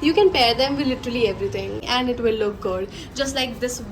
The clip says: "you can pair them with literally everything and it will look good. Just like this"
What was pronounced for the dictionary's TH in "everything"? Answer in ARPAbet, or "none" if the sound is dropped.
T